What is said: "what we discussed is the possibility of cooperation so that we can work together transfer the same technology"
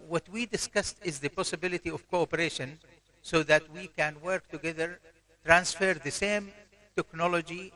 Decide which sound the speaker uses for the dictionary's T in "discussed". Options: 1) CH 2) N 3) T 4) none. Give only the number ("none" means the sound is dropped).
3